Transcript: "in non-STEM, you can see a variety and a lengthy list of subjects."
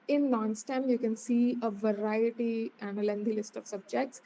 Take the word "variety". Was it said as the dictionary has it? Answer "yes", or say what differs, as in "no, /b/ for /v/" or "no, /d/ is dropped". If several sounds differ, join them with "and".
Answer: yes